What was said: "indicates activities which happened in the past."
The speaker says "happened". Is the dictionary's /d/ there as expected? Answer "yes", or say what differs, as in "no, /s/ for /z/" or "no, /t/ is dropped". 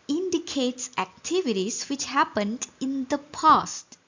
yes